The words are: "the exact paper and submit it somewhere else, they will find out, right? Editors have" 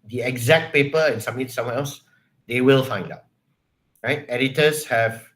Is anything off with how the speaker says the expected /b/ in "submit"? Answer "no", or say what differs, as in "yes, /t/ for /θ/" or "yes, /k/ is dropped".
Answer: yes, /b/ is dropped